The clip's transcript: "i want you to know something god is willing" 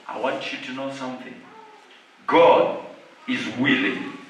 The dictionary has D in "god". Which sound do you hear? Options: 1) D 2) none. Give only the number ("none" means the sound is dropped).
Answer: 1